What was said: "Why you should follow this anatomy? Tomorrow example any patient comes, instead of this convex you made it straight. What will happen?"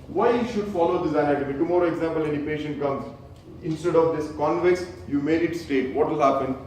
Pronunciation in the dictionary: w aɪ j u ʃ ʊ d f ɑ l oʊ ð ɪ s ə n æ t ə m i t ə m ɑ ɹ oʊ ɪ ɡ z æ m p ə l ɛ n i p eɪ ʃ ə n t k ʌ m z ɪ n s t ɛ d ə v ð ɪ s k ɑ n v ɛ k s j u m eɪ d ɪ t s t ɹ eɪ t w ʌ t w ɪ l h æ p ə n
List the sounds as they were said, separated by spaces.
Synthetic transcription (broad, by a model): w aɪ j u ʃ ʊ d f ɑ l oʊ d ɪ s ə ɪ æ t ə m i t ə m ɑ ɹ oʊ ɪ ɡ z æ m p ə l ɛ n i p eɪ ʃ ə n t k ʌ m z ɪ n s t ɛ d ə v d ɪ s k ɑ n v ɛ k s j u m eɪ d ɪ t s t eɪ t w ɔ t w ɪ l h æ p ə n